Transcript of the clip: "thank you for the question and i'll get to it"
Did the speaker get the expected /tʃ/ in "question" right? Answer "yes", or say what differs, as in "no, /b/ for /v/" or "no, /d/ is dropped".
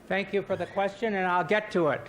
yes